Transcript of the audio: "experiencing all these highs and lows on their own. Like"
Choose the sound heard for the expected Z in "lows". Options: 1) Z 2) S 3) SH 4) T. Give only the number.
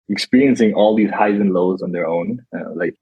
1